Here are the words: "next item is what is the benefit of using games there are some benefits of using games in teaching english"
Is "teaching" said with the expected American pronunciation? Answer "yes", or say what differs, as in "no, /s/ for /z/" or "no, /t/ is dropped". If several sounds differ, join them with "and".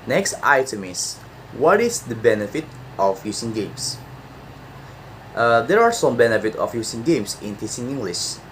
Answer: no, /s/ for /tʃ/